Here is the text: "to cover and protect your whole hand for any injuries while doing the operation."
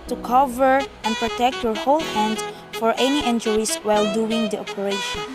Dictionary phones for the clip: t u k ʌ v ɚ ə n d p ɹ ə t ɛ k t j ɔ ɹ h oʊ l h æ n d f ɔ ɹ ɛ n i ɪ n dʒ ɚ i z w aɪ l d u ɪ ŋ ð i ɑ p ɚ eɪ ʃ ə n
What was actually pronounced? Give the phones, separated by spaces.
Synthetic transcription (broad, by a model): t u k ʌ v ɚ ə n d p ɹ ə t ɛ k t j ɔ ɹ h oʊ l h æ n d f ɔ ɹ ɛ n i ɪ n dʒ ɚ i s w aɪ l d u ɪ ŋ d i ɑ p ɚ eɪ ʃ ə n